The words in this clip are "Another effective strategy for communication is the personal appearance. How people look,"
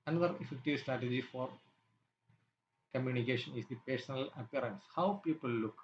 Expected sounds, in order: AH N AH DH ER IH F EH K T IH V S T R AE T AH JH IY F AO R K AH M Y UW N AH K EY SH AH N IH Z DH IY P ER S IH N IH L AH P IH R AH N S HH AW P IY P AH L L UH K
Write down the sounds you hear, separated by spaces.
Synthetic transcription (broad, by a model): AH N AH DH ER IH F EH K T IH V S T R AE T AH JH IY F AO R K AH M Y UW N AH K EY SH AH N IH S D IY P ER S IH N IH L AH P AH R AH N S HH AW P IY P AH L L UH K